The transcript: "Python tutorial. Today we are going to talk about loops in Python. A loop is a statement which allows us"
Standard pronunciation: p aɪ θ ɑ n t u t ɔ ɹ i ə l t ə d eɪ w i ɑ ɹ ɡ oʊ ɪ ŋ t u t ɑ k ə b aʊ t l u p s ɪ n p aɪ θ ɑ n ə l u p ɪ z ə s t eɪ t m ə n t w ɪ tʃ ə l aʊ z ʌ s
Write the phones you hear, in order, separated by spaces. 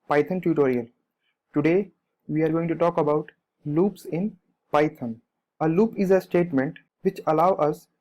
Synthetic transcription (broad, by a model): p aɪ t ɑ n t u t ɔ ɹ i ə l t ə d eɪ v i ɑ ɹ ɡ oʊ ɪ ŋ t u t ɑ k ə b aʊ t l u p s ɪ n p aɪ t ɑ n ə l u p ɪ z ə s t eɪ t m ə n t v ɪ tʃ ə l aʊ ʌ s